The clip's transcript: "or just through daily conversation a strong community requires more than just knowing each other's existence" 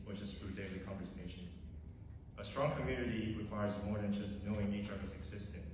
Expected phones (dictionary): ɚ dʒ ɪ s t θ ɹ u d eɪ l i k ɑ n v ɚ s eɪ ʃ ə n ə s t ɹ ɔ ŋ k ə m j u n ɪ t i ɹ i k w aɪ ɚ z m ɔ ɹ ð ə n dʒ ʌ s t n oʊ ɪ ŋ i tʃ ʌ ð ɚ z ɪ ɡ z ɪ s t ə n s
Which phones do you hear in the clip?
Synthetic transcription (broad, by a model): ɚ tʃ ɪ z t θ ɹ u d eɪ l i k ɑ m v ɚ s eɪ ʃ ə n ə s t ɹ ɔ ŋ k ə m j u n ɪ t i ɹ i k w aɪ ɚ z m ɔ ɹ ð ə n dʒ ʌ s t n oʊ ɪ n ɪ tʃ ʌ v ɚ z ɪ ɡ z ɪ s t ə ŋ